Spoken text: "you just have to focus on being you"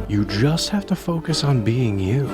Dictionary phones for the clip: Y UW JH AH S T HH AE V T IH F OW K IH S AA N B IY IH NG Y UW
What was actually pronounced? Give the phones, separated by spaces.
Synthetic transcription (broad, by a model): Y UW JH AH S T HH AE F T IH F OW K IH S N B IY IH NG Y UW